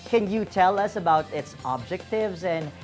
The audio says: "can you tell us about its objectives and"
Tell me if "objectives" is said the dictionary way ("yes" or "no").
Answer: yes